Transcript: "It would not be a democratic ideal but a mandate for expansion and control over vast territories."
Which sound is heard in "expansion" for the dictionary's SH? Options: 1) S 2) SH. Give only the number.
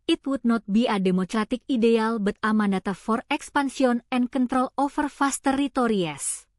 1